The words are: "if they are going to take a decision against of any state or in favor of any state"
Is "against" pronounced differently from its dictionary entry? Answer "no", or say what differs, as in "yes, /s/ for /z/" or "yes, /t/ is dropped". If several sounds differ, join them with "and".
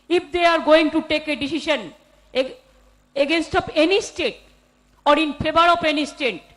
no